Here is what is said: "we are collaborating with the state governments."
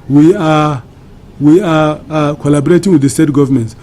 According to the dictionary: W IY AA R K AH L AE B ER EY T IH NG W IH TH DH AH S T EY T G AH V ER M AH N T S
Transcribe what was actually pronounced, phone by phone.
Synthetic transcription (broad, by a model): W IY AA W K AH L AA B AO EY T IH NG W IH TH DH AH S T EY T G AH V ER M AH N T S